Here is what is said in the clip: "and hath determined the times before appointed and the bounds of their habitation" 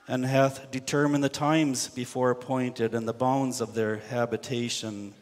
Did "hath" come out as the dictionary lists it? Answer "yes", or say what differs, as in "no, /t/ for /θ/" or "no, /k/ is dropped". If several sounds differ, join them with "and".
yes